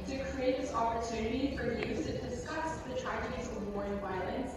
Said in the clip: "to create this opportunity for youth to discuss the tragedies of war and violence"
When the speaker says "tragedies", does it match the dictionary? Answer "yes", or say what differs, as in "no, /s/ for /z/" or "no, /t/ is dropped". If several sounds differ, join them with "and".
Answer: no, /dʒ/ is dropped